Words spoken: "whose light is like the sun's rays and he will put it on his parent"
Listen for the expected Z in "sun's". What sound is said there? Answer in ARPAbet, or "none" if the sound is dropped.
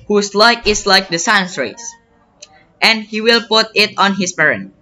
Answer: S